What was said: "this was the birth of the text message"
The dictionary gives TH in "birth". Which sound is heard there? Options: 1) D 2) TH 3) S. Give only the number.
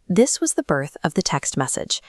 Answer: 2